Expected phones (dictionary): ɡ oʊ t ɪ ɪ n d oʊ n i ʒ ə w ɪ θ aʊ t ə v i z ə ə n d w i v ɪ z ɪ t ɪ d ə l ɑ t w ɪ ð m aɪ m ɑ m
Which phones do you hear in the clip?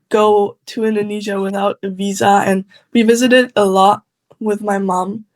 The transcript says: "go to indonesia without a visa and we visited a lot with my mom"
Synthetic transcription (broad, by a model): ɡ oʊ t ɪ ɪ n d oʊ n i ʒ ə w ɪ θ aʊ t ə v i z ə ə n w i v ɪ z ɪ t ɪ d ə l ɑ t w ɪ ð m aɪ m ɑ m